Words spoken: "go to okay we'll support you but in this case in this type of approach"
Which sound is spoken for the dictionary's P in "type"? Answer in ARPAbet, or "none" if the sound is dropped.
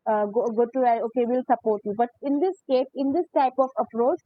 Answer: P